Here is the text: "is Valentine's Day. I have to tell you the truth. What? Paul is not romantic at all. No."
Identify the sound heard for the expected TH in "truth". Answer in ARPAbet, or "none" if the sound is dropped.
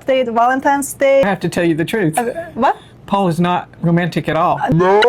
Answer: TH